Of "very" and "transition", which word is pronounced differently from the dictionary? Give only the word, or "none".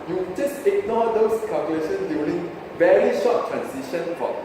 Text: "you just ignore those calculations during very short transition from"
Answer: transition